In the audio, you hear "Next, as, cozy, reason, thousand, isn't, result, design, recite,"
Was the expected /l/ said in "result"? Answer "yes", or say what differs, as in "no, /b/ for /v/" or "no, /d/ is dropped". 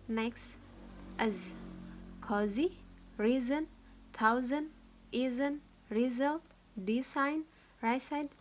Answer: yes